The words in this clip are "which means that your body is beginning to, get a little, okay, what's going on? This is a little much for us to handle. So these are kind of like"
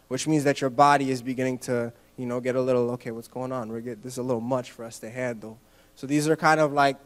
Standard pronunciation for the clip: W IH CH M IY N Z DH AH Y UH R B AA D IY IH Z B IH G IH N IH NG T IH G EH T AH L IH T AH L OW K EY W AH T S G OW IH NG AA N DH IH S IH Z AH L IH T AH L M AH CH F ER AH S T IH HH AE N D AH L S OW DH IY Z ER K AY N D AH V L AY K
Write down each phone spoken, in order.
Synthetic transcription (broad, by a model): W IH CH M IY N Z DH AH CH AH R B AA D IY IH Z B IH G IH N IH NG T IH G EH T AH L IH T L OW K EY W AH T S G OW IH NG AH N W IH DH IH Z AH L IH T L M AH CH F ER AH S T IH HH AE N D L S OW DH IY Z ER K AY N D AH V L AY K